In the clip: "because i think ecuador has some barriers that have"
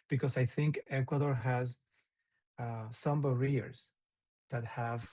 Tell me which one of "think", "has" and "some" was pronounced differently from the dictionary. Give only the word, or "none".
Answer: none